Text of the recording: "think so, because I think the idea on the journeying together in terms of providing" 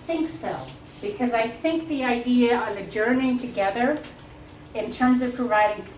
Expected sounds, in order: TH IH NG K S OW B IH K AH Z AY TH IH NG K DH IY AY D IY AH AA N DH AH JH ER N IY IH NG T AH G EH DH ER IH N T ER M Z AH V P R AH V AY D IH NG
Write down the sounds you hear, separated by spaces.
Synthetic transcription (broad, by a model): TH IH NG K S OW B IH K AH Z AY TH IH NG K DH IY AY D IY AH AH N DH AH JH ER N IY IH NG T AH G EH DH ER IH N T ER M Z AH V P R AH V AY D IH NG